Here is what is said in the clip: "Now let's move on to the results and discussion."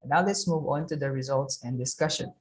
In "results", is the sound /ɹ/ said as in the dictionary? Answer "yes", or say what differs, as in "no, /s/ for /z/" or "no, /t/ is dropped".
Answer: yes